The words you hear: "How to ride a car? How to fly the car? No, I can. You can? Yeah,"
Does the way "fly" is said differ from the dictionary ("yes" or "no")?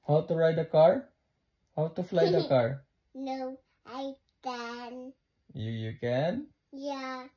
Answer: no